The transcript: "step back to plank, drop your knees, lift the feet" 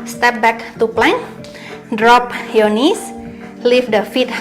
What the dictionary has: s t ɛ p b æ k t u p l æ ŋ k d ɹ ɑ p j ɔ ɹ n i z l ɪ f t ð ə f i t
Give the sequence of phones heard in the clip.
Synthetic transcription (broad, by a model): s t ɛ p b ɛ k t u p l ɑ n d ɹ ɑ p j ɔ n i s l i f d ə f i t